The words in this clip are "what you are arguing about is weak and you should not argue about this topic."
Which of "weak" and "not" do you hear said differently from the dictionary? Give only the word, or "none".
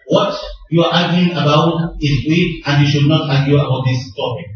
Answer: weak